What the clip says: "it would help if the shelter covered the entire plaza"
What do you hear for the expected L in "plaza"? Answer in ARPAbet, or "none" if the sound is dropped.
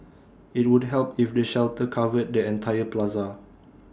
L